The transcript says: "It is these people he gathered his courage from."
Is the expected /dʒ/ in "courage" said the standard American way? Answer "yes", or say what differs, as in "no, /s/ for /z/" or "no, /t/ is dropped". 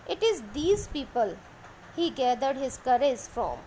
no, /z/ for /dʒ/